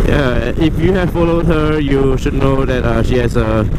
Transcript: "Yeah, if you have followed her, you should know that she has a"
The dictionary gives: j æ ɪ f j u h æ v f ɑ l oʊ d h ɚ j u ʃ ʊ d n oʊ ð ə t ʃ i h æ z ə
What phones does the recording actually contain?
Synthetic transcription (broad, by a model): j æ ɪ f j u h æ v f ɑ l oʊ d h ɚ j u ʃ ʊ d n oʊ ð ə t ʃ i h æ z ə